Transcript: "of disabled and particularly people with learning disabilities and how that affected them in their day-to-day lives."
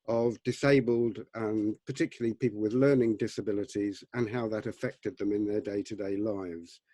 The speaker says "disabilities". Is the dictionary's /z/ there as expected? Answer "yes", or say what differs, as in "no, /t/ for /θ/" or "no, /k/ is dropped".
yes